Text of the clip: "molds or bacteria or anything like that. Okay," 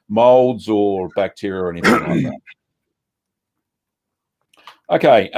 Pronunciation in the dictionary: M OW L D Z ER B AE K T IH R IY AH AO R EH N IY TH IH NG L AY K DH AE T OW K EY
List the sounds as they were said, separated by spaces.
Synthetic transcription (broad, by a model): M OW L D Z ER B AE K T IH R IY AH R EH N IY TH IH NG L AY K DH AE T OW K EY